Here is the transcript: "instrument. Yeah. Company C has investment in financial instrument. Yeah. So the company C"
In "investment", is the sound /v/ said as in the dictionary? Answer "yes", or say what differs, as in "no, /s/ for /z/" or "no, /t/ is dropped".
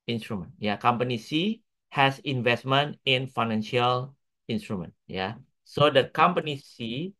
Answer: yes